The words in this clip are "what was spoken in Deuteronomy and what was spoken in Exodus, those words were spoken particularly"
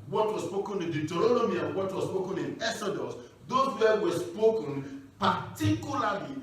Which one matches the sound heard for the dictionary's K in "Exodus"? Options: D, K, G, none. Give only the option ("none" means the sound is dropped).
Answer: none